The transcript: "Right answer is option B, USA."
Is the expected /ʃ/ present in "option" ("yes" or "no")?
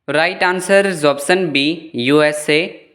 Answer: no